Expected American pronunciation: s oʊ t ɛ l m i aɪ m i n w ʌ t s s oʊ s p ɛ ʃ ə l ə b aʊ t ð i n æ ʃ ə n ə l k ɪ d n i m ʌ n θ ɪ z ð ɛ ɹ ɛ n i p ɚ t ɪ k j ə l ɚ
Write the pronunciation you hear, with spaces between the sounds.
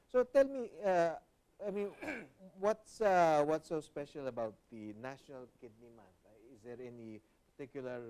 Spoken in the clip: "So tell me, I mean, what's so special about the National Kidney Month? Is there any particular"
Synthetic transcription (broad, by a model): s oʊ t ɛ l m i aɪ m i n w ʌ t s s oʊ s p ɛ ʃ ə l ə b aʊ t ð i n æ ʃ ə n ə l k ɪ d n i m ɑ n t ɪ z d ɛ ɹ ɛ n i p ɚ t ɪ k j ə l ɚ